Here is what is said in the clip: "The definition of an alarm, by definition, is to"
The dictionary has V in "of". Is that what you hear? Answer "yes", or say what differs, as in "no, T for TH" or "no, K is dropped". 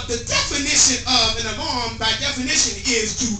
yes